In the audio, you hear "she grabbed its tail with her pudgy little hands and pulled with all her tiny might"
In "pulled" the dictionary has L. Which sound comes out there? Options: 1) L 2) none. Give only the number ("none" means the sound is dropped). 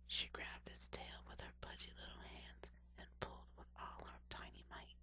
1